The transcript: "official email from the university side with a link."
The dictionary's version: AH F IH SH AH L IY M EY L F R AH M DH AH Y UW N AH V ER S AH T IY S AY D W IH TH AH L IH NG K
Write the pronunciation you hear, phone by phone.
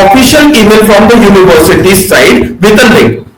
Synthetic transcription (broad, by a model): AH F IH SH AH L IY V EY N F R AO M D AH Y UW N AH V ER S AH T IY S AY D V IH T AH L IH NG